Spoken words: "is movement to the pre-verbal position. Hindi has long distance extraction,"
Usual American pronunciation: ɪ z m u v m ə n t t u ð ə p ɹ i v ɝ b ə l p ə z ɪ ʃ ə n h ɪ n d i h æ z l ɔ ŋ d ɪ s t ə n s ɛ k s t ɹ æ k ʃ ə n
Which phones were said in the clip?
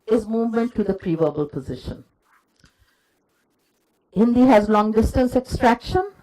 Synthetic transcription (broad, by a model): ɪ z m u v m ə n t t u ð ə p ɹ i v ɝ b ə l p ə z ɪ ʃ ə n h ɪ n d i h æ z l ɔ ŋ d ɪ s t ə n s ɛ k s t ɹ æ k ʃ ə n